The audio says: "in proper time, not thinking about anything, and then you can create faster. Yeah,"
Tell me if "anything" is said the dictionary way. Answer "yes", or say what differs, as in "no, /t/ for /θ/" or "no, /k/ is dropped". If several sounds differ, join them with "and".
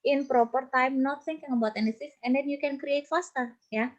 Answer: no, /s/ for /θ/